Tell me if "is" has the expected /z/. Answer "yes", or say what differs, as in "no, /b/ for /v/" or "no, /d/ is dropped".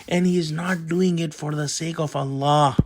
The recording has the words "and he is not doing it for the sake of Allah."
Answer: yes